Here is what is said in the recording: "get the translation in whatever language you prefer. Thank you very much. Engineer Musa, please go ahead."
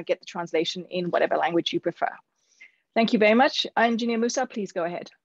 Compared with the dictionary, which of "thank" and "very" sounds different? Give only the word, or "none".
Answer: none